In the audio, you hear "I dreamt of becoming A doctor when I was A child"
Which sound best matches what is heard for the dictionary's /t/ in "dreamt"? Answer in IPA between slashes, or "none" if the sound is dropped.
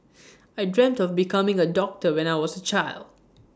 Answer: /t/